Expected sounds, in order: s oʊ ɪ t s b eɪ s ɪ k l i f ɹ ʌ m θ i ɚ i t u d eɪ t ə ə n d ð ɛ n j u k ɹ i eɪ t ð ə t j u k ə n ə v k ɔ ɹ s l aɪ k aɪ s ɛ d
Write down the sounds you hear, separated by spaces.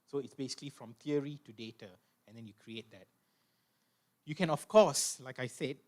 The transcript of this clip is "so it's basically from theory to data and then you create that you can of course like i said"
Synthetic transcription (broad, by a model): s oʊ ɪ t s b eɪ s ɪ k l i f ɹ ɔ m t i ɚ i t u d eɪ t ə ə n d ɛ n j u k ɹ i eɪ t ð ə t j u k ə n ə f k ɔ s l aɪ k aɪ s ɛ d